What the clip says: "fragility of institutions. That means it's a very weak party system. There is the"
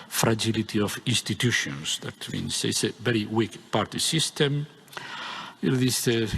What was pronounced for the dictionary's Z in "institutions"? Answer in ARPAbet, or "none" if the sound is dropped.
S